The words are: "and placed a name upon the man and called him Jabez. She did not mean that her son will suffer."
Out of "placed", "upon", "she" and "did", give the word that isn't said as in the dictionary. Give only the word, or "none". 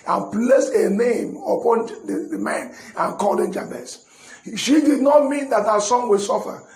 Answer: placed